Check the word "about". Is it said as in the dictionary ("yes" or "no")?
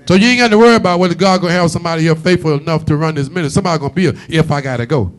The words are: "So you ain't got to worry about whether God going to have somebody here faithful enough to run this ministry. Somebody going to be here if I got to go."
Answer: yes